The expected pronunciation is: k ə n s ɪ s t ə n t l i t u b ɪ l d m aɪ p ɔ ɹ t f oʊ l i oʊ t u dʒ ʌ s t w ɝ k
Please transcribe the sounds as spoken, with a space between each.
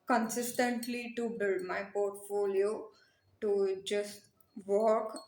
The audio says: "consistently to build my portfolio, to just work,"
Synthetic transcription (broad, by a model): k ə n s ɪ s t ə n t l i t u b ɪ l d m aɪ p ɔ ɹ t f oʊ l i oʊ t u dʒ ʌ s t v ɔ k